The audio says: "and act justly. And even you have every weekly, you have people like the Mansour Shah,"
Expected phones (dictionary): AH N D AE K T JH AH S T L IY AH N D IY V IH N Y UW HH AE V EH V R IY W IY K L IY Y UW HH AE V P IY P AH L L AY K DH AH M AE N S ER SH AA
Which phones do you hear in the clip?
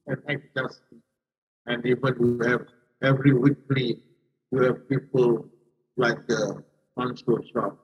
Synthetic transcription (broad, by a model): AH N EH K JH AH S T IY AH N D IY V IH N Y UW HH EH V EH V R IY W IY K L IY Y UW HH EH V P IY P AH L L AY K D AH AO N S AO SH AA